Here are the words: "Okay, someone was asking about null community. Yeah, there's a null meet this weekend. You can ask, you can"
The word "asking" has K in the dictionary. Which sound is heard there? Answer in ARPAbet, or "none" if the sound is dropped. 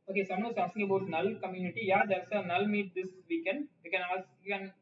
none